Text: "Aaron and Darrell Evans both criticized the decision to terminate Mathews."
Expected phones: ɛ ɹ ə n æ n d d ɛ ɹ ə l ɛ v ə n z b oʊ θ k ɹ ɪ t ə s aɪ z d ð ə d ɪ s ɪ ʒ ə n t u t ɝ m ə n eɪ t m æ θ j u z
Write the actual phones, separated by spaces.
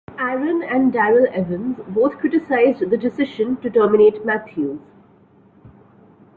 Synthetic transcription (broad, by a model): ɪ ɹ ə n æ n d d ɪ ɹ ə l ɛ v ə n z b oʊ t k ɹ ɪ t ə s aɪ z d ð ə d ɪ s ɪ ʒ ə n t u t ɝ m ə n eɪ t m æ t j u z